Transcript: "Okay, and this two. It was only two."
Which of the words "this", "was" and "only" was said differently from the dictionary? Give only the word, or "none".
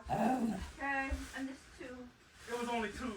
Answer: none